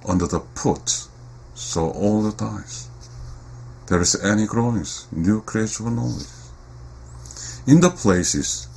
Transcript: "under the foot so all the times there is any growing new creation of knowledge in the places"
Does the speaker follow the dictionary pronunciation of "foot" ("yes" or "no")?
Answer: no